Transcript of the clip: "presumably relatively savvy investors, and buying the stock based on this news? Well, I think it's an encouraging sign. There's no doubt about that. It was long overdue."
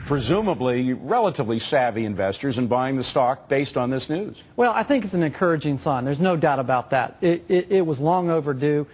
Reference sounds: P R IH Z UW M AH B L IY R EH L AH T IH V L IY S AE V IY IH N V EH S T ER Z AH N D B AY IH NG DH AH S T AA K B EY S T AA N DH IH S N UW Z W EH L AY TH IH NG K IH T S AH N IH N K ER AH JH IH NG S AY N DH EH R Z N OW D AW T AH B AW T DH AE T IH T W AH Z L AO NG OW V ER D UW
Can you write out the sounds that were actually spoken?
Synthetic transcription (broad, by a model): P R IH Z UW M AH B L IY R EH L AH T IH V L IY S AE V IY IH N V EH S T ER Z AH N B AY IH NG DH AH S T AA K B EY S T N DH IH S N UW Z W EH L AY TH IH NG K IH T S N IH N K ER AH JH IH NG S AY N DH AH R Z N OW D AW T AH B AW T DH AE T IH T W AH Z L AO NG OW V ER D UW